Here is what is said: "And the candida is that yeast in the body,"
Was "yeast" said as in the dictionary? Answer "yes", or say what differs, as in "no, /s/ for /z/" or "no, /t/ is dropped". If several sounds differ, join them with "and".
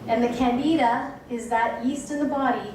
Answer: yes